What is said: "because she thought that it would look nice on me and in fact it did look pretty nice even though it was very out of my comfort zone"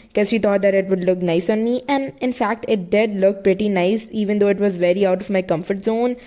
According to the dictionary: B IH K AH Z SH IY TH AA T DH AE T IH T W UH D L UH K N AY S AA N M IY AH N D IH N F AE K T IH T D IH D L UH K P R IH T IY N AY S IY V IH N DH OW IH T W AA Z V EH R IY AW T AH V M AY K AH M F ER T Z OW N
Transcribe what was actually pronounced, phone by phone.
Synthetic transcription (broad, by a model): K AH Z SH IY T AA T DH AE T IH T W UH D L UH K N AY S AA N M IY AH N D IH N F AE K T IH T D IH D L UH K P R IH T IY N AY S IY V IH N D OW IH T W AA Z V EH R IY AW T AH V M AY K AH M F ER T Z OW N